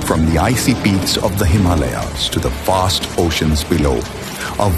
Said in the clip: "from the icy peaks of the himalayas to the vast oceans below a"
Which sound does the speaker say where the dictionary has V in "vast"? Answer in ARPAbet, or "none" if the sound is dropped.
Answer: F